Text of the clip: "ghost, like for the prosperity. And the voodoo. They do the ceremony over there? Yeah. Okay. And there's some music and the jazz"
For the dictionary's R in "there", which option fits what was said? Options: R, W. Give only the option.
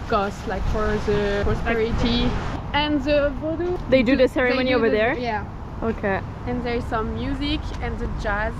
R